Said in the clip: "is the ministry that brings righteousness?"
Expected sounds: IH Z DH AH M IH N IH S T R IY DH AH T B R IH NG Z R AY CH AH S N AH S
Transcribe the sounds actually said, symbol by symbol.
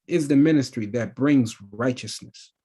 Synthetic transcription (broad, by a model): IH Z DH AH M IH N IH S T R IY DH AH T B R IH NG Z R AY CH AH S N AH S